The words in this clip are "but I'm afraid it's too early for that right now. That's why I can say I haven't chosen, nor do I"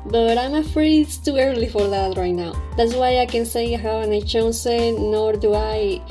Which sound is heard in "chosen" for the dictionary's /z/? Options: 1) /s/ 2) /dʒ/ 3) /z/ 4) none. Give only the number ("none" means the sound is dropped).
1